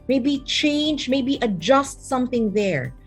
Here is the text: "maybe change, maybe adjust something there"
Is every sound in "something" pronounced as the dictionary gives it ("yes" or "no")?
yes